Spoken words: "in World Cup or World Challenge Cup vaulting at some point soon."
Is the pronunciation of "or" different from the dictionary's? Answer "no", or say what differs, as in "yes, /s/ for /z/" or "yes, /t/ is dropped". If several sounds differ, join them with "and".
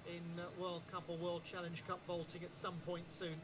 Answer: yes, /l/ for /ɹ/